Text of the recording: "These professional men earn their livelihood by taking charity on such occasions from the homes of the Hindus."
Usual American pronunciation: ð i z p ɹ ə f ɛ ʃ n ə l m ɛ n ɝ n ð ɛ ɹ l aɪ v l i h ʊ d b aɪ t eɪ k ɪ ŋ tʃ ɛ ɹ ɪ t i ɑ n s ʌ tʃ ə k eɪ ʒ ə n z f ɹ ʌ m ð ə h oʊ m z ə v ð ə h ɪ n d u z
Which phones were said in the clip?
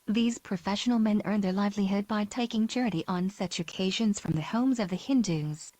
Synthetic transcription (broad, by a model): ð i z p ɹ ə f ɛ ʃ n l m ɛ n ɝ n ð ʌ ɹ l aɪ v l i h ʊ d b aɪ t eɪ k ɪ ŋ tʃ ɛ ɹ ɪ t i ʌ n s ʌ tʃ ə k eɪ ʒ ə n z f ɹ ʌ m ð ə h oʊ m z ə v ð ə h ɪ n d u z